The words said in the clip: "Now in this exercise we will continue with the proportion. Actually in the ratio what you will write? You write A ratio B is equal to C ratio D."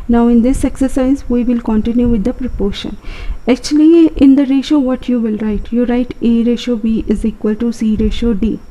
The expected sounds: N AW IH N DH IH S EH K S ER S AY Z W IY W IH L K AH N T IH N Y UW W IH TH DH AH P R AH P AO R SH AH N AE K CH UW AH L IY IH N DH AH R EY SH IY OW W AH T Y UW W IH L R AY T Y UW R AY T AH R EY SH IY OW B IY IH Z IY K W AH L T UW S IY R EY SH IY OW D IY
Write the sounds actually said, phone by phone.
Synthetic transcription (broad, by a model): N AW IH N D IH S EH K S ER S AY Z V IY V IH L K AH N T IH N Y UW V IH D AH P R AH P AO R SH AH N AE K CH UW AH L IY IH N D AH R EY SH OW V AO T Y UW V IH L R AY T Y UW R AY T AH R EY SH OW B IY IH Z IY K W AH L T UW S IY R EY SH OW D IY